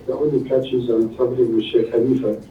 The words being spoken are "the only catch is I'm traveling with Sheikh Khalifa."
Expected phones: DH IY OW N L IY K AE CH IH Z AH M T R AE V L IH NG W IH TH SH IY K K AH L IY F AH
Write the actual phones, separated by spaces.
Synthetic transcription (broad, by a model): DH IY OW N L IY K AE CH IH Z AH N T AH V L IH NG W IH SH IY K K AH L IY F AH